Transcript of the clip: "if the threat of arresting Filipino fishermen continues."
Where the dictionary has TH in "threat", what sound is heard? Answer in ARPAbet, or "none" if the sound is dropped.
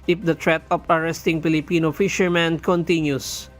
T